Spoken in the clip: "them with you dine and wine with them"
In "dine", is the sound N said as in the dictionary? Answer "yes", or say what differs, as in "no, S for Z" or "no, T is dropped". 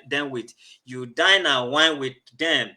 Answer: yes